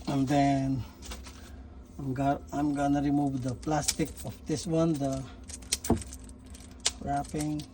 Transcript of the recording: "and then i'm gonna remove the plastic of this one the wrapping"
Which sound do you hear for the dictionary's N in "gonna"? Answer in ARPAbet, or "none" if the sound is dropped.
N